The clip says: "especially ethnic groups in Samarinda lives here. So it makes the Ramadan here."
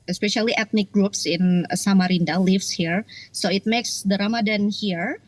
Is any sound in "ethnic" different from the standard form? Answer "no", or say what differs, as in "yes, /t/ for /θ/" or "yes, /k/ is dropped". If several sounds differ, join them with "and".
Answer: yes, /t/ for /θ/